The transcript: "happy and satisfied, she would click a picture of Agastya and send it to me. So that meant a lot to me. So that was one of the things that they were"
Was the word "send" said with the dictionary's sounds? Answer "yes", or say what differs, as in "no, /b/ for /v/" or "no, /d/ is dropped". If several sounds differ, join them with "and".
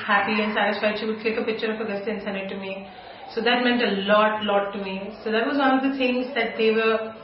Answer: no, /d/ is dropped